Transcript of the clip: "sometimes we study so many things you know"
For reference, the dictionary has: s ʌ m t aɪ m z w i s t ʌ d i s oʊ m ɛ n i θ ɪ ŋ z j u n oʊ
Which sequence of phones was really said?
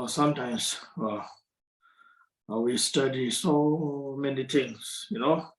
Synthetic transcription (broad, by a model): s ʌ m t aɪ m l w i s t ʌ d i s oʊ m ɛ n i t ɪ ŋ s j u n oʊ